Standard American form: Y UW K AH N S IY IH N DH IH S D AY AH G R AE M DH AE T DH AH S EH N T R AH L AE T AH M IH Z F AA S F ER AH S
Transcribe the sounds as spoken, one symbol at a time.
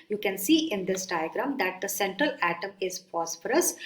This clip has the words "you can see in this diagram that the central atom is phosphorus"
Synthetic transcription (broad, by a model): Y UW K AH N S IY IH N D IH S D AY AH G R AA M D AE T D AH S EH N T R AH L AE T AH M IH Z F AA S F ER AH S